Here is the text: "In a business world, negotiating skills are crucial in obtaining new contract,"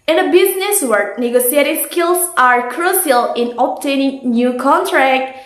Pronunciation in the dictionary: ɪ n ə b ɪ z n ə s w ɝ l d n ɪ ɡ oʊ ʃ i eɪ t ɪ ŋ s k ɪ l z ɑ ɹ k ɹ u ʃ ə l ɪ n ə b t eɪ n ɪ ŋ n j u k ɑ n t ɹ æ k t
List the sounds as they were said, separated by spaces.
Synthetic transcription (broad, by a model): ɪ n ə b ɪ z n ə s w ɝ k n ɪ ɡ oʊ s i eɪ t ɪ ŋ s k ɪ l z ɑ ɹ k ɹ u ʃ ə l ɪ n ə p t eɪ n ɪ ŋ n j u k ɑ n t ɹ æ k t